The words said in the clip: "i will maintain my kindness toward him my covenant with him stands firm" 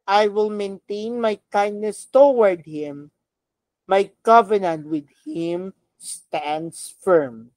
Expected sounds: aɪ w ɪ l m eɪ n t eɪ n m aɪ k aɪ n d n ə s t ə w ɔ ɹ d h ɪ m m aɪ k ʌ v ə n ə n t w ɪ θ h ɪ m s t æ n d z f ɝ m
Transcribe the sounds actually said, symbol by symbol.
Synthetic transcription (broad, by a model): aɪ w ɪ l m eɪ n t eɪ n m aɪ k aɪ n d n ə s t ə w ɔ ɹ d h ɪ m m aɪ k ʌ v ə n ə n t w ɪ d h ɪ m s t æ n d s f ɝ m